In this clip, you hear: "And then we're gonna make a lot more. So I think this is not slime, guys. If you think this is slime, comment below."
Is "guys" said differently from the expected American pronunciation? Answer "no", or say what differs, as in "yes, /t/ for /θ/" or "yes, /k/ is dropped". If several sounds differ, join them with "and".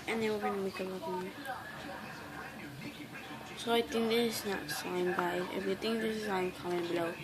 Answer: yes, /z/ is dropped